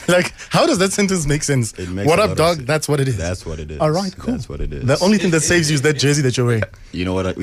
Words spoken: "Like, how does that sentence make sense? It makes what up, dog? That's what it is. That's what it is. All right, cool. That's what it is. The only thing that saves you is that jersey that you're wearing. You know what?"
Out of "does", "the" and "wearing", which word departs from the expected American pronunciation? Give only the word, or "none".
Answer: wearing